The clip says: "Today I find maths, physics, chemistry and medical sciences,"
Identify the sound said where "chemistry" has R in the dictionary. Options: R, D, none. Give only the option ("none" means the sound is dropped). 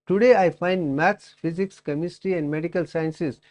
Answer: none